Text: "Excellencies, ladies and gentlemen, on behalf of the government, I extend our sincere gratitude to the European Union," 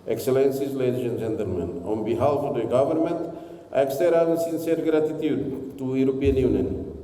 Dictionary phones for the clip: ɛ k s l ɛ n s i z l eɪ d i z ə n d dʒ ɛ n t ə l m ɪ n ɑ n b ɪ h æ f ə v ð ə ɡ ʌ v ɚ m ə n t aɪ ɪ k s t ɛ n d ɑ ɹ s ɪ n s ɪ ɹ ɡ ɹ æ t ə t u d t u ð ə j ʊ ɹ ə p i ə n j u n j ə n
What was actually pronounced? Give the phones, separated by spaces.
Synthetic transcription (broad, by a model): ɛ k s l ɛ n s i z l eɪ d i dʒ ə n dʒ ɛ n t ə l m ɪ n ɑ n b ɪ h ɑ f ə v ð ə ɡ ʌ v ɚ m ə n t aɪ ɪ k s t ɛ d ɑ s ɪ n s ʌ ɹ ɡ ɹ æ t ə t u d t u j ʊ ɹ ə p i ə n j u n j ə n